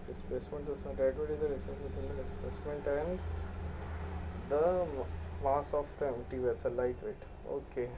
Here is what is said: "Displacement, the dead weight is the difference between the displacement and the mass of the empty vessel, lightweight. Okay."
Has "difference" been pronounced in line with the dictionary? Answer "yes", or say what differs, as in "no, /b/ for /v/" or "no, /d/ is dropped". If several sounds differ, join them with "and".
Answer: no, /ɹ/ is dropped